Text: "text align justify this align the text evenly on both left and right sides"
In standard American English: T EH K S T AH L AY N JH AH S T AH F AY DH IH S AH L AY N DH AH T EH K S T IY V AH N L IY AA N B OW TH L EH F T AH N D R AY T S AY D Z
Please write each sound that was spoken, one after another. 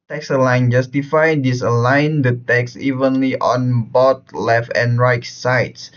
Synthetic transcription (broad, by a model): T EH K S AH L AY N JH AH S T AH F AY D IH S AH L AY N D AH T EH K S IY V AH N L IY AA N B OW T L EH F T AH N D R AY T S AY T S